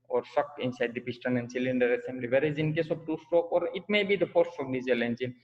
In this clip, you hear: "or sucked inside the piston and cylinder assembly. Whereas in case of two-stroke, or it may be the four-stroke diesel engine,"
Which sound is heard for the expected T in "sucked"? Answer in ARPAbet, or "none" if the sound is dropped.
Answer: none